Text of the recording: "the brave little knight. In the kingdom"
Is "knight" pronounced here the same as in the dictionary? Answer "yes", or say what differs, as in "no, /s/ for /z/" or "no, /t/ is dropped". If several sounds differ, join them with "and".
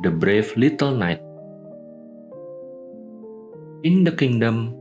yes